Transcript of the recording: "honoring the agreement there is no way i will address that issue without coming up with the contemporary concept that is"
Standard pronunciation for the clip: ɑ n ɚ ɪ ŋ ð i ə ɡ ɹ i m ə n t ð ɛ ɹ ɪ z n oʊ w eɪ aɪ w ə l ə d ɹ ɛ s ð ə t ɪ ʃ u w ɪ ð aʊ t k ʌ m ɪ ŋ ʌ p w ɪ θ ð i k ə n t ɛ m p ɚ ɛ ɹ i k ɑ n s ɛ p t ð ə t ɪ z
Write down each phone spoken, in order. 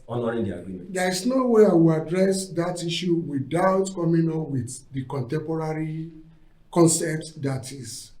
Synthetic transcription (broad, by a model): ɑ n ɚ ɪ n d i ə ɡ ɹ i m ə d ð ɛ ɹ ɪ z n oʊ w eɪ aɪ w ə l ə d ɹ ɛ s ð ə t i ʃ u w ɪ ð aʊ t k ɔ m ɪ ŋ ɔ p w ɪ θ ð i k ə n t ɛ m p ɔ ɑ ɹ i k ɑ n s ɛ p t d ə t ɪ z